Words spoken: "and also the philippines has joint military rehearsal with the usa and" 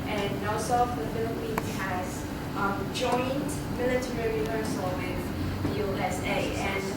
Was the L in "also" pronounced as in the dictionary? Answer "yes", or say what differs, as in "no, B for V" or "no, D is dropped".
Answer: no, L is dropped